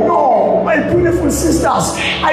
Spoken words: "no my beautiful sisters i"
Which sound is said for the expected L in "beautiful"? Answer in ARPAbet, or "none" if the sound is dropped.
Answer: N